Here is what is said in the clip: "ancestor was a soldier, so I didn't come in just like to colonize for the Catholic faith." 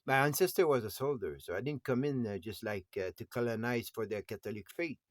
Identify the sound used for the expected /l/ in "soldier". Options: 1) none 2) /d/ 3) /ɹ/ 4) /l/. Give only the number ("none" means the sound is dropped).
4